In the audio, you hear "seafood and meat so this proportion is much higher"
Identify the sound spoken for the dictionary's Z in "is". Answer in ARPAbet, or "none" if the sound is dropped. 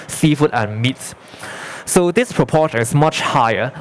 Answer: S